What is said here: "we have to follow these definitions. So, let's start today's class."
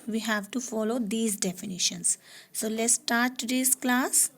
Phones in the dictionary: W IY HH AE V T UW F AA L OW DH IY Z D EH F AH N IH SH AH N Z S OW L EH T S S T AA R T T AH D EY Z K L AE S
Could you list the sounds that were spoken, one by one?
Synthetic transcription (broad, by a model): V IY HH AE V T UW F AA L OW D IY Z D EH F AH N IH SH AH N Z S OW L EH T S S T AA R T T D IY S K L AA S